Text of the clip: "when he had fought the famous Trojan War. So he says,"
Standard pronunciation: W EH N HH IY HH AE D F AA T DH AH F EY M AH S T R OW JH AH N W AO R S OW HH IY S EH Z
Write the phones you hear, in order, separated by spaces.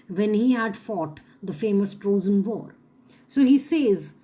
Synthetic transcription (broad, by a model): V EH N HH IY HH AE D F AA T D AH F EY M AH S T R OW Z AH N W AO R S OW HH IY S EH Z